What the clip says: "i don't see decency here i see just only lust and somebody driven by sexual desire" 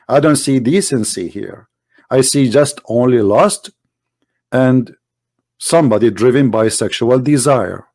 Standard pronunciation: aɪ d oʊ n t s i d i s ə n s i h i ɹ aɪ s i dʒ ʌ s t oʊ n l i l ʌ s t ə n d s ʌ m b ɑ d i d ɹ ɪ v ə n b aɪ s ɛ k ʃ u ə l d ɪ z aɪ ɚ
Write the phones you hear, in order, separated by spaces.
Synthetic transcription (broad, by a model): aɪ d oʊ n t s i d i s ə n s i h i ɹ aɪ s i dʒ ʌ s t oʊ n l i l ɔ s t ə n d s ʌ m b ɑ d i d ɹ ɪ v ə n b aɪ s ɛ k ʃ u ə l d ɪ z aɪ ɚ